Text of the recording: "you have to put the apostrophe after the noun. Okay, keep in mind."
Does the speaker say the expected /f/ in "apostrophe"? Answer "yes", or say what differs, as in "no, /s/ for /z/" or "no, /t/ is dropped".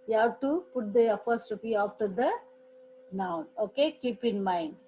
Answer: no, /p/ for /f/